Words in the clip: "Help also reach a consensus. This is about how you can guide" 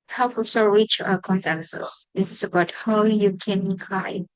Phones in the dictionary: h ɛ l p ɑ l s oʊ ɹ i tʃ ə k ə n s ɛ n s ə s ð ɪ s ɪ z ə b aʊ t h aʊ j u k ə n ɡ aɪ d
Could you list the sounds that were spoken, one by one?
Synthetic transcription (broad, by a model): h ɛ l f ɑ s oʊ ɹ i tʃ ə k ə n s ɛ n s ə s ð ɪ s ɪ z ə b aʊ t h aʊ j u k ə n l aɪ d